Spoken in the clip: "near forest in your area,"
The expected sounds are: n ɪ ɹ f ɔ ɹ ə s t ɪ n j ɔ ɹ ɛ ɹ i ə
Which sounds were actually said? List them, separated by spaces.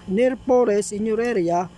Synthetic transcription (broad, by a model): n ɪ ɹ p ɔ ɹ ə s ɪ n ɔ ɹ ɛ ɹ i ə